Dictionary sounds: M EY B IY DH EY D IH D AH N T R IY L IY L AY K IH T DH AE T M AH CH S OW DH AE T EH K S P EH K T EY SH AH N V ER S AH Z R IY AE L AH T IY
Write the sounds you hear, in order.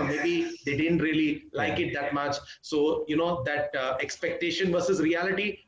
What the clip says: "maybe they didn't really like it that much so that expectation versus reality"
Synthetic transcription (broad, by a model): M EY B IY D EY D IH D AH N T R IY L IY L AY K IH T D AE T M AH CH S OW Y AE T EH K S P EH K T EY SH AH N V ER S AH Z R IY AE L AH T IY